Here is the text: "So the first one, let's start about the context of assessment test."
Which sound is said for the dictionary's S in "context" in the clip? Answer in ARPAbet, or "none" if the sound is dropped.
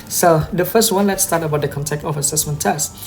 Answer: none